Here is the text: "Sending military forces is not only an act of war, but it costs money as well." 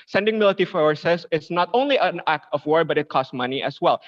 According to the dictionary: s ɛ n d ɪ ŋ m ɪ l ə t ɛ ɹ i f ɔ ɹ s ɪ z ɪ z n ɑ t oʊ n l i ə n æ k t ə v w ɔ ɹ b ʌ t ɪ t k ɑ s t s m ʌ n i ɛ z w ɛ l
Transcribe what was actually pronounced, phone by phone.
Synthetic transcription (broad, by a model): s ɛ n d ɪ ŋ m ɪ l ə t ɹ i f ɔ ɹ s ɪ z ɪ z n ɑ t oʊ n l i ə n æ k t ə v w ɔ ɹ b ʌ t ɪ t k ɑ s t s m ʌ n i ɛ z w ɛ l